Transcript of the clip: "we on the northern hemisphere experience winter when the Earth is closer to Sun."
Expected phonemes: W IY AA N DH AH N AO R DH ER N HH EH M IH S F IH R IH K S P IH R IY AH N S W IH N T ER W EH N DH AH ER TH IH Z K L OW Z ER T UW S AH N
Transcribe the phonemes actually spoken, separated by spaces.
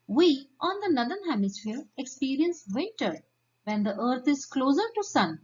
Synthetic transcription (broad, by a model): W IY AA N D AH N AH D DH ER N HH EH M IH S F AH R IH K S P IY R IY AH N S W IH T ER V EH N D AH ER T IH Z K L OW Z ER T UW S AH N